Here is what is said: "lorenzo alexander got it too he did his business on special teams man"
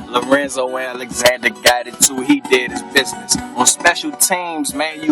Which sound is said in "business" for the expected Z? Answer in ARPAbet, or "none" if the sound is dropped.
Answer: Z